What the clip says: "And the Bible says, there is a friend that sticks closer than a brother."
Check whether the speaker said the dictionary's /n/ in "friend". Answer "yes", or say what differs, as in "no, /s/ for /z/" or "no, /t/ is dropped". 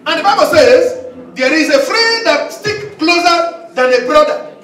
no, /n/ is dropped